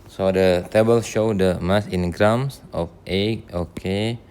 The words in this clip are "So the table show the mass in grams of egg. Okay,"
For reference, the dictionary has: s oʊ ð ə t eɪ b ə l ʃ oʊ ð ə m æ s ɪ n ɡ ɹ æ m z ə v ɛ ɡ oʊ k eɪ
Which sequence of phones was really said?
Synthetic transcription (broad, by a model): s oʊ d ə t eɪ b ə l ʃ oʊ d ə m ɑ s ɪ n ɡ ɹ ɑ m s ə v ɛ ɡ oʊ k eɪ